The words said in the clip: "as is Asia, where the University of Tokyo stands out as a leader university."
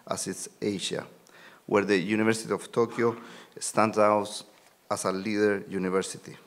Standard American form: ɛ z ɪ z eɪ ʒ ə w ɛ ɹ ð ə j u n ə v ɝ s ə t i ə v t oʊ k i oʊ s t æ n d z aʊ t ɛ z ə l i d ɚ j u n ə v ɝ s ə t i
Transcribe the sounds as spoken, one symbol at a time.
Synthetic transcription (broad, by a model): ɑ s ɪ s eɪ ʃ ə w ɛ ɹ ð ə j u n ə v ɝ s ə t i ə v t oʊ k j oʊ s t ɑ n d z aʊ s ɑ s ə l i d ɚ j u n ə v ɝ s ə t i